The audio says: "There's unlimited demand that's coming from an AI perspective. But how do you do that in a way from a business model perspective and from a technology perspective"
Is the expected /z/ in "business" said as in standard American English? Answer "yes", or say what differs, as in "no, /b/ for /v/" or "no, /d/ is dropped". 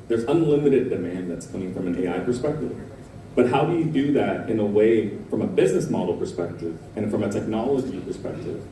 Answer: yes